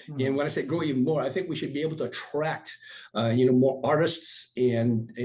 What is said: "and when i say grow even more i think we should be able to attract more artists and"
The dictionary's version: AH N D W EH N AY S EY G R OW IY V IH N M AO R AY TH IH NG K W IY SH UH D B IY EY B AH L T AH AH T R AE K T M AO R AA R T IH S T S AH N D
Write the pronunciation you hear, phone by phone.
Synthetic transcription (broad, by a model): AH N W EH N AY S EY G R OW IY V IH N M AO R AY TH IH NG K W IY SH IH D B IY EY B L T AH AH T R AE K T M AO R AA R T IH S T S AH N